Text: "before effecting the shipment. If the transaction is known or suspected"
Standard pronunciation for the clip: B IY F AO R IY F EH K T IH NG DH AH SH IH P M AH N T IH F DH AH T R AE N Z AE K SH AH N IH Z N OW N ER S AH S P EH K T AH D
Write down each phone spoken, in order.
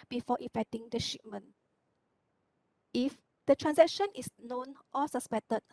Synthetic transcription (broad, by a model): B IY F AO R IY F EH K T IH NG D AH SH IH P M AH N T IH F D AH T R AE N S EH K SH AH N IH S N OW N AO S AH S P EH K T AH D